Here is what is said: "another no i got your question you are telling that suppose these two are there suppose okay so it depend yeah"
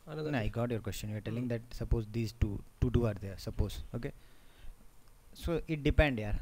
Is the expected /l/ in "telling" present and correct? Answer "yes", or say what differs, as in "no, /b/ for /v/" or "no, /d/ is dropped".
yes